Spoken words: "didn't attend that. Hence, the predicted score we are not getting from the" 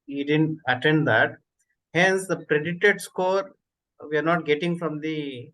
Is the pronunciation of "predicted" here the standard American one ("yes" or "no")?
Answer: no